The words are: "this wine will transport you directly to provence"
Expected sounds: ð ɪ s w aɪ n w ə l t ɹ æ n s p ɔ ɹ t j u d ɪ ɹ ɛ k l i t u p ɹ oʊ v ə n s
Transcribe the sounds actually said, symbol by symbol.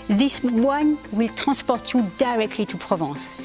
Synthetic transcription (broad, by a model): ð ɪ s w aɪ n w ə l t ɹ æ s p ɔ ɹ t j u d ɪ ɹ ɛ k l i t u p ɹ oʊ v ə s